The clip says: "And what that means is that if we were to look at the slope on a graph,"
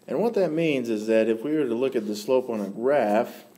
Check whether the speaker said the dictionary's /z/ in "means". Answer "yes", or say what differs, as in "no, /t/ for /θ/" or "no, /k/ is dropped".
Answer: yes